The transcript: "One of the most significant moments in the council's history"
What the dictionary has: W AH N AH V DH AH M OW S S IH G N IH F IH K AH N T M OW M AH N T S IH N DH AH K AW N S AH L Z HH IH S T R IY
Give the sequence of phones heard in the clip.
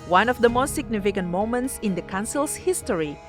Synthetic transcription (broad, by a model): W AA N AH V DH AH M OW S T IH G N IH F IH K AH N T M OW M AH N T S IH N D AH K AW N S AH L S HH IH S T R IY